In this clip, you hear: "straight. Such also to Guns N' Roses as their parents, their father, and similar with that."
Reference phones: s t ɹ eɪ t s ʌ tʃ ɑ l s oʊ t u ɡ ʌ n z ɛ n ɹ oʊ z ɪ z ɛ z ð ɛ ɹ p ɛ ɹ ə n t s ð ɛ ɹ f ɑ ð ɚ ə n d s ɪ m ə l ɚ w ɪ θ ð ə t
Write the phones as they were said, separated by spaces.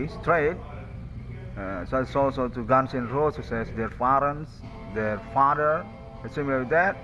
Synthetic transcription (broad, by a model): s t ɹ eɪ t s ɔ s ɑ l s oʊ t u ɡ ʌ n s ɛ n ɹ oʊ s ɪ s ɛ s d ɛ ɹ f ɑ ɹ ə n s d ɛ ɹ f ɑ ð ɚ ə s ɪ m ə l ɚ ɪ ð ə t